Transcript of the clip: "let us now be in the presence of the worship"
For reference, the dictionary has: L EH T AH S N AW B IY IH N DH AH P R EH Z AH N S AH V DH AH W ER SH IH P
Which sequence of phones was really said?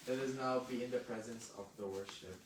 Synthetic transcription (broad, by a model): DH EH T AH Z N AW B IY IH N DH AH P R EH Z AH N S AH V DH AH W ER SH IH P